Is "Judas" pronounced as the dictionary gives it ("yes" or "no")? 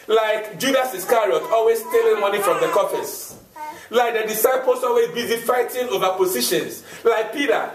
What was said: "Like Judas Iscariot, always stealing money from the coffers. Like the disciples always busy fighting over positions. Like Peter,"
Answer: yes